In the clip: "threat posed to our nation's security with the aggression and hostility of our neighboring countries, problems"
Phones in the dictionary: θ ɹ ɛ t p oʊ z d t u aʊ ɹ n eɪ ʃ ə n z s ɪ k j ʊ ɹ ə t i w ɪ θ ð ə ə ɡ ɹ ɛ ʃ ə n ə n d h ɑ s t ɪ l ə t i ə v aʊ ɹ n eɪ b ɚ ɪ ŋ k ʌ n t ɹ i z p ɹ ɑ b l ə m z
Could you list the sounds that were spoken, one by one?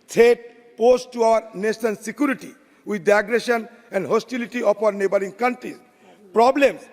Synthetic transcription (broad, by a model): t ɛ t p oʊ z t u aʊ ɹ n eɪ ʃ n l s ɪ k j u ɹ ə t i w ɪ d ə ɡ ɹ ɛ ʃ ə n ə n d h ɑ s t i l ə t i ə p aʊ ɹ n eɪ b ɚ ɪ ŋ k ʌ n t ɹ i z p ɹ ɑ b l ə m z